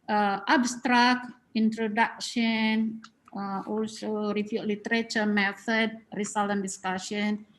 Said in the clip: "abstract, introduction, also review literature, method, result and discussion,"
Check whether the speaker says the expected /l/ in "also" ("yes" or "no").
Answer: yes